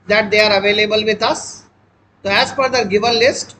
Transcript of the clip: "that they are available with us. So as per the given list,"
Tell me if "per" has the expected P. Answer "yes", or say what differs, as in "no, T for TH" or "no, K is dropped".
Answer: no, F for P